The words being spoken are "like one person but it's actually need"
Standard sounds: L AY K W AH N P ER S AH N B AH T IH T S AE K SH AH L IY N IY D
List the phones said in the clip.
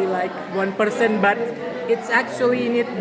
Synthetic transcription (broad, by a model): L AY K W AH N P ER S AH N B AH T IH T S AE K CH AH L IY N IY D